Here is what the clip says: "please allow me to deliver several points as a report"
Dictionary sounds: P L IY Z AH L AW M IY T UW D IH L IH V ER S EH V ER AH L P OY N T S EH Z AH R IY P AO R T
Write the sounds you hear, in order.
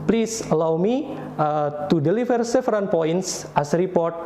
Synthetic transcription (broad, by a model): P L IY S AH L AW M IY T UW D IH L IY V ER S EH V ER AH N P OY N T S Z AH R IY P AO R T